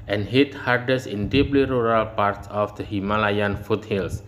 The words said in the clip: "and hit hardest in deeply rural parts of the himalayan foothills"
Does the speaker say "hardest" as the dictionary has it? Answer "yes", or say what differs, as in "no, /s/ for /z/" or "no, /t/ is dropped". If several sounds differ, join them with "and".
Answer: no, /t/ is dropped